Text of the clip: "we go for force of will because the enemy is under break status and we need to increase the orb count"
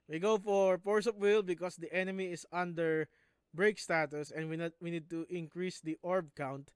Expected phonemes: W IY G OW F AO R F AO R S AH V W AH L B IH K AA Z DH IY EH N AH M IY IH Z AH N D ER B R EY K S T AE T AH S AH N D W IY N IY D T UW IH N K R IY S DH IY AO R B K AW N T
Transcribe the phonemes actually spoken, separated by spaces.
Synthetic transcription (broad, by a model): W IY G OW F AO R P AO R S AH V W AH L B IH K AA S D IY EH N AH M IY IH S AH N D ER B R EY K S T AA T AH S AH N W W IY N IY D T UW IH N K R IY S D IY AO R B K AW N T